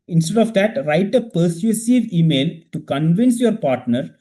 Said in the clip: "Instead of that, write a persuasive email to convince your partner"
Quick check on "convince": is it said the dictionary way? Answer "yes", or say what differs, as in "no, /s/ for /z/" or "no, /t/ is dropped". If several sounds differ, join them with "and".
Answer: yes